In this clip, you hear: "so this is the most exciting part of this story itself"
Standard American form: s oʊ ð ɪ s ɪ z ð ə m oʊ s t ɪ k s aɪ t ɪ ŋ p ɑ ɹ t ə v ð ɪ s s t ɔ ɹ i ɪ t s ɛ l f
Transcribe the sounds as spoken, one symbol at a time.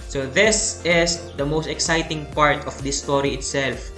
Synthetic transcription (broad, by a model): s oʊ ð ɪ s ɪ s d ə m oʊ s t ɪ k s aɪ t ɪ ŋ p ɑ ɹ t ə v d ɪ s s t ɔ ɹ i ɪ t s ɛ l f